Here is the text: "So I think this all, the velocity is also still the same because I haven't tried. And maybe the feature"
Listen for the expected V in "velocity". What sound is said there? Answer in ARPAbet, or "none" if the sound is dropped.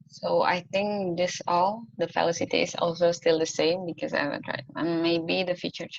F